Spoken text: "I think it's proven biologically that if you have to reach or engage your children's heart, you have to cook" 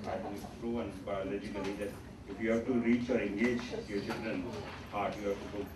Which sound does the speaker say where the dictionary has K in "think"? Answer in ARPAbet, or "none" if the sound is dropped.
none